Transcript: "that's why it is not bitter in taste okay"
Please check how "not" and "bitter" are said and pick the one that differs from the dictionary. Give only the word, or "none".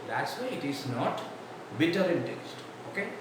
none